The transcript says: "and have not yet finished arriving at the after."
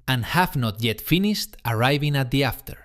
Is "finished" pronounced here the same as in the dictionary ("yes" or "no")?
yes